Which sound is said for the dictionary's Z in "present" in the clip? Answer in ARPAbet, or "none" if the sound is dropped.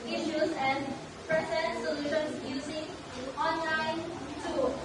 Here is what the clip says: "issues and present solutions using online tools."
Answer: S